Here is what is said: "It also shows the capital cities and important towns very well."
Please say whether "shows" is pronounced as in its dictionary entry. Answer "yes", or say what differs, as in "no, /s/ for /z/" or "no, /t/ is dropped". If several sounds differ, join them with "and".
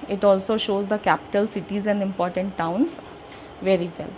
yes